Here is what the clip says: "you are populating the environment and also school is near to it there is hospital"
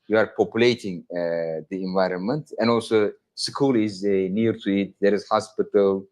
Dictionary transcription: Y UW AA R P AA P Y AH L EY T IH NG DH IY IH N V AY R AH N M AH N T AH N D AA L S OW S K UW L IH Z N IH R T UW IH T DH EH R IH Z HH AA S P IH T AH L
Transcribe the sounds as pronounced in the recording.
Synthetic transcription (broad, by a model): Y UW AA R P AA P Y AH L EY T IH NG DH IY IH N V AY R AH N M AH N T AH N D AA L S OW S K UW L IH Z N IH R T UW IH T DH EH R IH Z HH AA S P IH T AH L